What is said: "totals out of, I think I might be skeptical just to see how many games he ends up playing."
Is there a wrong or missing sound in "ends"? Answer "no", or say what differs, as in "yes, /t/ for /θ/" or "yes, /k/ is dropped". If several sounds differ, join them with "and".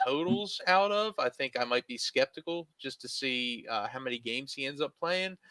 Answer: no